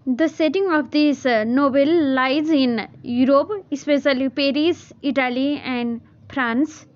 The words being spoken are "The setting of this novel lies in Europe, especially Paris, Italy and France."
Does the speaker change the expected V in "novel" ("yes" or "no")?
yes